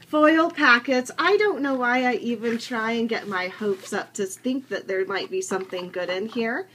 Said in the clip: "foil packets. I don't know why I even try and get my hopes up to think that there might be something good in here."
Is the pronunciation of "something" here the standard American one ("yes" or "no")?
yes